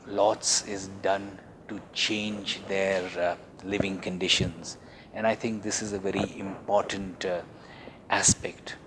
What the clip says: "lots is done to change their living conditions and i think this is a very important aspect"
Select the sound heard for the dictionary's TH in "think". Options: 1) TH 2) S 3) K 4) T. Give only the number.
4